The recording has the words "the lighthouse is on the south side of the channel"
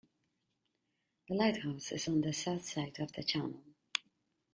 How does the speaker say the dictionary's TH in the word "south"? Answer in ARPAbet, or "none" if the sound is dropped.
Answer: TH